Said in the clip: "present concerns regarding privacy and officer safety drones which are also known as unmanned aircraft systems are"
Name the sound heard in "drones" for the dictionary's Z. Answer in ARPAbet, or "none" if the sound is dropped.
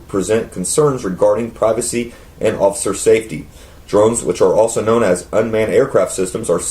Z